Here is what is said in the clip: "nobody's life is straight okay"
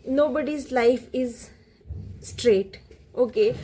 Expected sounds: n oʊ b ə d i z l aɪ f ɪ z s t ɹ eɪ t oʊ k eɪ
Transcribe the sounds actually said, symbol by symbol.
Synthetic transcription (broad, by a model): n oʊ b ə d i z l aɪ f ɪ z s t ɹ eɪ t oʊ k eɪ